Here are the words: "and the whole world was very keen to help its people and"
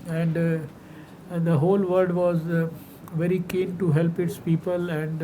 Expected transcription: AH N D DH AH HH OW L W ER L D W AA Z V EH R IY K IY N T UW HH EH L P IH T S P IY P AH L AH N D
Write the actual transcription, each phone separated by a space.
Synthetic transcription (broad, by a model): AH N D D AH HH OW L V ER D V AA Z V EH R IY K IY N T UW HH EH L P IH T S P IY P AH L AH N D